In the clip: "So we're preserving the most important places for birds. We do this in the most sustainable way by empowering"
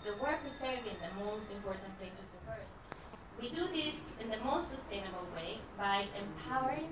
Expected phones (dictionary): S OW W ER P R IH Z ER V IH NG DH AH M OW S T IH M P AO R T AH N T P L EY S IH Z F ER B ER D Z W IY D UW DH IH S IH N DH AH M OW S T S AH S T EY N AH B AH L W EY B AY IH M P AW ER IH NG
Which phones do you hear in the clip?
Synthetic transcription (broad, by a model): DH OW W ER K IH S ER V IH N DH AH M OW S T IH M P AO R T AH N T P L EY S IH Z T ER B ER W IY D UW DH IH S IH N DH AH M OW S T S AH S T EY N AH B AH L W EY B AY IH M P AW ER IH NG